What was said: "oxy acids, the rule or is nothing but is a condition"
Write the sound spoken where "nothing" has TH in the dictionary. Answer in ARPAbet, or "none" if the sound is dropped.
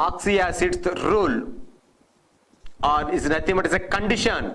T